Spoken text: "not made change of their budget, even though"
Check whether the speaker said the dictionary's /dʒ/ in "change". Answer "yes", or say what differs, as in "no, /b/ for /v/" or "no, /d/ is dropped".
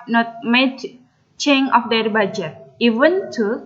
no, /dʒ/ is dropped